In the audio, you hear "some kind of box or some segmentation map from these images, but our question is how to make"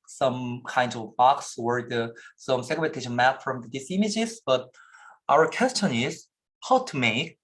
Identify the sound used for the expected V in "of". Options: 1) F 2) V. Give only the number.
2